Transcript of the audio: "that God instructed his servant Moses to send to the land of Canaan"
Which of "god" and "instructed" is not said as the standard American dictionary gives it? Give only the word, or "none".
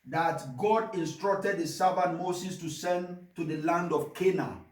none